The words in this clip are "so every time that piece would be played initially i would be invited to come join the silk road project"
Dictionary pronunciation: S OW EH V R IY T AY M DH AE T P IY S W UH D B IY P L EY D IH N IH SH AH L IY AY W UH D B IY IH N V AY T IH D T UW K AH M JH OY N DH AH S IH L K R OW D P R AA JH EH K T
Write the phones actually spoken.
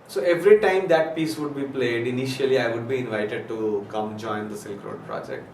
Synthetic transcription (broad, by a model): S OW EH V R IY T AY M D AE T P IY S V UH D B IY P L EY D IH N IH SH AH L IY AY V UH D B IY IH N V AY T IH D T UW K AH M JH OY N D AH S IH L K R OW D P R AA JH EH K T